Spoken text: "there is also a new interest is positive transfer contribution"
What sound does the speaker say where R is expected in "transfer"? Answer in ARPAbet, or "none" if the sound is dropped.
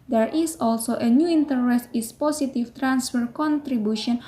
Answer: R